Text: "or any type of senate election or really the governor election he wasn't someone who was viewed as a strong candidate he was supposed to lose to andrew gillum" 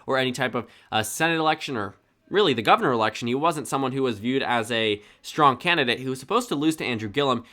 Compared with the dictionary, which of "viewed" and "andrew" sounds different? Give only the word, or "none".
none